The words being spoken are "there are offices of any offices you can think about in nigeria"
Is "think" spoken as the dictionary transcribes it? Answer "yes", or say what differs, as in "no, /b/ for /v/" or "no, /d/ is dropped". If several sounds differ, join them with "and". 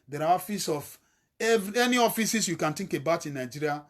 no, /t/ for /θ/